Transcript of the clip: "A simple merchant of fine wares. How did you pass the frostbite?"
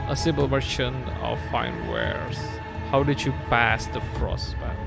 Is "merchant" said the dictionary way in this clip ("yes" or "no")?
no